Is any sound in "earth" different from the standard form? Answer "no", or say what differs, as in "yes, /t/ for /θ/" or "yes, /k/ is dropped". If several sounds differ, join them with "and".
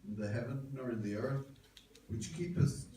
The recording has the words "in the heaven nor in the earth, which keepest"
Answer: no